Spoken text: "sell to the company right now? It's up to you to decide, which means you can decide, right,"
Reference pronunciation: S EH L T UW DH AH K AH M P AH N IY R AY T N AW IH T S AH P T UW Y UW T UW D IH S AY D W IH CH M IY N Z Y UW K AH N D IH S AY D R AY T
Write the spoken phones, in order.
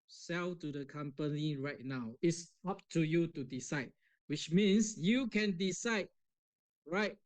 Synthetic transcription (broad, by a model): S EH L T UW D AH K AH M P AH N IY R AY T N AW IH T S AH P T UW Y UW T UW D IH S AY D W IH CH M IY N S Y UW K AH N D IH S AY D R AY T